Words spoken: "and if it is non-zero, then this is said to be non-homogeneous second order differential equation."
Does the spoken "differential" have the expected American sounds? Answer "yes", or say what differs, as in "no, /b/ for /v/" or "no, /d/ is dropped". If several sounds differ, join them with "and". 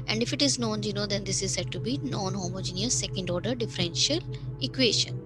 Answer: yes